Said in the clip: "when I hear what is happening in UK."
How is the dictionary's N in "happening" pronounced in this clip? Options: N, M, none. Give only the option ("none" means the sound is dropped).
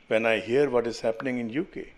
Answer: N